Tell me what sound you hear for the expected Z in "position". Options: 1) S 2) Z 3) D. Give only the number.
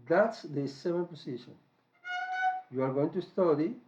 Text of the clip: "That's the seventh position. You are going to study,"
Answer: 1